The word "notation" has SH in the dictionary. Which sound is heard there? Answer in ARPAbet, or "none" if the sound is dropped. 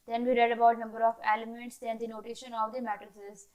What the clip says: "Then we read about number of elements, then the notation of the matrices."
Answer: SH